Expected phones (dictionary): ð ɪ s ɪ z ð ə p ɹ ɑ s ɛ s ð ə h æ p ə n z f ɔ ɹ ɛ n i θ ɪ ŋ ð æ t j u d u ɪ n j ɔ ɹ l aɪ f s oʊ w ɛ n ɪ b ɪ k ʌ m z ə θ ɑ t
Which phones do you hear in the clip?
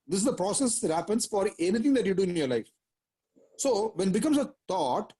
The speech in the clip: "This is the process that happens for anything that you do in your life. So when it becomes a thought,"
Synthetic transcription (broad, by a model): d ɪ s ɪ z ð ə p ɹ ɑ s ɛ s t h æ p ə n s f ɔ ɹ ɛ n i t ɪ ŋ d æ t j u d u ɪ n j ɔ ɹ l aɪ f s oʊ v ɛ n b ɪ k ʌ m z ə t ɑ t